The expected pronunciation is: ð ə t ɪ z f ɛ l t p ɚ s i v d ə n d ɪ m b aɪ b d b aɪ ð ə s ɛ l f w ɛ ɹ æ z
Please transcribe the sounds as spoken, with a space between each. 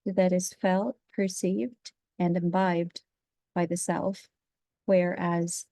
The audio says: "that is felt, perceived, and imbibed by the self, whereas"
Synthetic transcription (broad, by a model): ð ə t ɪ z f ɛ l t p ɚ s i v d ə n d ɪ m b aɪ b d b aɪ ð ə s ɛ l f w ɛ ɹ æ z